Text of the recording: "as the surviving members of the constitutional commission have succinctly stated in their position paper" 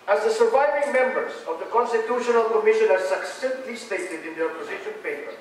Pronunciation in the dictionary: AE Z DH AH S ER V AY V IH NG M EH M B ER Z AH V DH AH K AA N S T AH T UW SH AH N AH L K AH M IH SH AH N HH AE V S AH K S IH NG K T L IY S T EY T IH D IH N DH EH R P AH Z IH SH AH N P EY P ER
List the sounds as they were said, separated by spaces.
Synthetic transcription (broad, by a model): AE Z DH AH S ER V AY V IH NG M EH M B ER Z AH V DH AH K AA N S T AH T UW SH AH N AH L K AH M IH SH AH N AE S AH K S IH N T L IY S T EY T IH D IH N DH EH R P AH Z IH SH AH N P EY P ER